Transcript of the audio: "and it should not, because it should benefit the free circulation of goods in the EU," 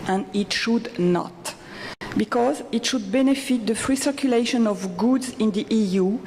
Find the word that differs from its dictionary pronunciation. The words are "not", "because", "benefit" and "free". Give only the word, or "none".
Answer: none